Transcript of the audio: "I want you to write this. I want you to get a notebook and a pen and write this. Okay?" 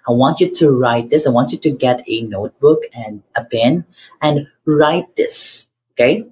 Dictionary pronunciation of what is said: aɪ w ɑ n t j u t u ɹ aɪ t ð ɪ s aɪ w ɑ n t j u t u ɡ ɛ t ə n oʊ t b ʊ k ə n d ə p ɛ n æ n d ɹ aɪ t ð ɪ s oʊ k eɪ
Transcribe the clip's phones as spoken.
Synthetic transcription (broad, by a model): aɪ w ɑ n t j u t u ɹ aɪ t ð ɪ s aɪ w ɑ n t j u t u ɡ ɛ t ə n oʊ t b ʊ k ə n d ə b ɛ n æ n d ɹ aɪ t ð ɪ s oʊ k eɪ